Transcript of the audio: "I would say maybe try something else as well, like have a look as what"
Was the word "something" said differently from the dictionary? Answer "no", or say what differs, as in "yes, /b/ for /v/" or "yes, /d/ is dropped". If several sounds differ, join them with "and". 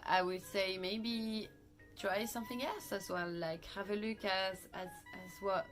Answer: no